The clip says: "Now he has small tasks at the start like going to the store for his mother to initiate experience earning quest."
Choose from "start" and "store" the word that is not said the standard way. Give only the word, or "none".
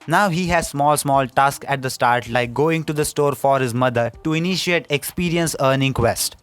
none